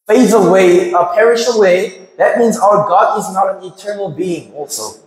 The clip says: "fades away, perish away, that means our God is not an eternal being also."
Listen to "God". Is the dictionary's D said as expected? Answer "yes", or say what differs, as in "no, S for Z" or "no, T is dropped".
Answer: yes